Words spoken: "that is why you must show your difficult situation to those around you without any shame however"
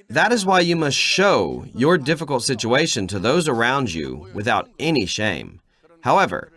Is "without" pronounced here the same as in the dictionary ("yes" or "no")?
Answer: yes